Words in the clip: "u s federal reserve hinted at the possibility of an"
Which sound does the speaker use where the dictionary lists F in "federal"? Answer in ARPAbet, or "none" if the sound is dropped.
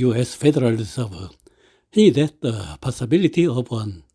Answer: F